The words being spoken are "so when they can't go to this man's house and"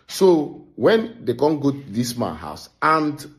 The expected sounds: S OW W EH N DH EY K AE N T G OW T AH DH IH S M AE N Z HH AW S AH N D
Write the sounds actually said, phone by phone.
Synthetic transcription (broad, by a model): S OW W EH N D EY K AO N G OW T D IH S M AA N HH AW S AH N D